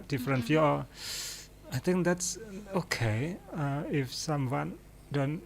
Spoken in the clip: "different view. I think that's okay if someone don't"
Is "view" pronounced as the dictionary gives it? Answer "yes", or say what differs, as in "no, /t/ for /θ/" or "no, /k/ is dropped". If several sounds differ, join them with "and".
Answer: no, /f/ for /v/